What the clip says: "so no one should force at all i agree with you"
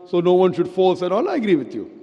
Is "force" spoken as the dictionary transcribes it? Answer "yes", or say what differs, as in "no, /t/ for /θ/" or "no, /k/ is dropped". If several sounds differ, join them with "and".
no, /l/ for /ɹ/